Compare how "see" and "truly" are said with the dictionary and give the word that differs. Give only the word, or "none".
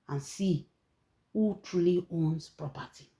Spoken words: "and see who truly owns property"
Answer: none